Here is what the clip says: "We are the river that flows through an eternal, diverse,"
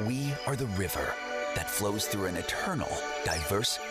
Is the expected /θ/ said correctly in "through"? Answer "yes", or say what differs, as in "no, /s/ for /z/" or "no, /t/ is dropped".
yes